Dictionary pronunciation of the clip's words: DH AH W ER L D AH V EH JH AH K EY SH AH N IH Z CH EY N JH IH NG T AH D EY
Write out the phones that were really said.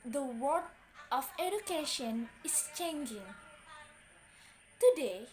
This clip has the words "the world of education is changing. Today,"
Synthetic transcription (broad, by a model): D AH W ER D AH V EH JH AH K EY SH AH N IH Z CH EY N JH IH NG T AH D EY